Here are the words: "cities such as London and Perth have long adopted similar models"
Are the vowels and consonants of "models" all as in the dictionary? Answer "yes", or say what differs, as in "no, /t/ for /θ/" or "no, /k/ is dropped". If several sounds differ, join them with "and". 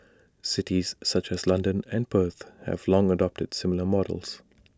yes